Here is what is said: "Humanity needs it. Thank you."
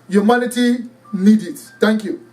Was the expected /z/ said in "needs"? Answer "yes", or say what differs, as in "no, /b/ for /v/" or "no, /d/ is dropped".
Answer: no, /z/ is dropped